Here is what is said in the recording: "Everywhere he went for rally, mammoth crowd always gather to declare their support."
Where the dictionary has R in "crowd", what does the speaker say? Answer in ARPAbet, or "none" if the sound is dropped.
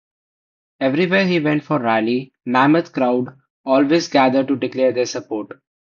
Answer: R